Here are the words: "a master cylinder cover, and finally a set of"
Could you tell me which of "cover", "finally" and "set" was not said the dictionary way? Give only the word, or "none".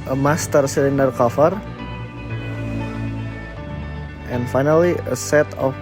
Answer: cover